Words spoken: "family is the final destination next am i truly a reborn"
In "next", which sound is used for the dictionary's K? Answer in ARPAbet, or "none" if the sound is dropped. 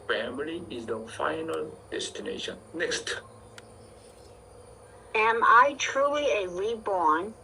K